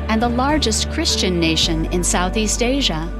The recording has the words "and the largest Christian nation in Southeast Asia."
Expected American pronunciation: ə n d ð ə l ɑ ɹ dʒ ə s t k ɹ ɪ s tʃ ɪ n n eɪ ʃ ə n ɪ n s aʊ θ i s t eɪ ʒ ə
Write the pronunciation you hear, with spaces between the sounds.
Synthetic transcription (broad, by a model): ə n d ð ə l ɑ ɹ dʒ ə s t k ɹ ɪ s tʃ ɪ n n eɪ ʃ ə n ɪ n s aʊ θ i s t eɪ ʒ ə